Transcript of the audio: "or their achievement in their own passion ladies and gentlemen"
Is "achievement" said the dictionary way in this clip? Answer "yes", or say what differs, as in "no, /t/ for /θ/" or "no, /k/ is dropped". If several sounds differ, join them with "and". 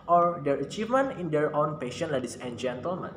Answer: no, /t/ is dropped